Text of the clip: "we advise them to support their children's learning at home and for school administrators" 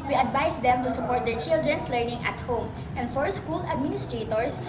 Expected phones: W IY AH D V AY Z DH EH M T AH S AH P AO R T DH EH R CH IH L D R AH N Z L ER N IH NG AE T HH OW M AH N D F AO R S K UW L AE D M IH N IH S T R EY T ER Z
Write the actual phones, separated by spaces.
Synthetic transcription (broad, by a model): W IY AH D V AY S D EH M T AH S AH P AO R T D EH R CH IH L D R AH N S L ER N IH NG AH T HH OW M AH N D F AO R S K UW L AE D M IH N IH S T R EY T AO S